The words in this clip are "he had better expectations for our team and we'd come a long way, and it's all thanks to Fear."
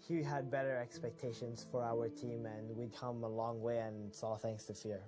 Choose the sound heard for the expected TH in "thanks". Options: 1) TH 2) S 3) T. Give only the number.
1